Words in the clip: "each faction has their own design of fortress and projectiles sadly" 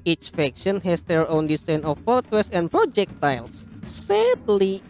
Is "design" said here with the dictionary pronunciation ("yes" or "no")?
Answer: no